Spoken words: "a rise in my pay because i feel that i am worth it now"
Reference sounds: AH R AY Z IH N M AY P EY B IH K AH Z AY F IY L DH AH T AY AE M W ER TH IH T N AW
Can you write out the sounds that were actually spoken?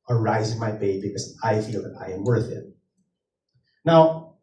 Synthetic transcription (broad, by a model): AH R AY Z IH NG M AY B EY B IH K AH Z AY F IY L DH AH T AY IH M W ER TH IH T N AW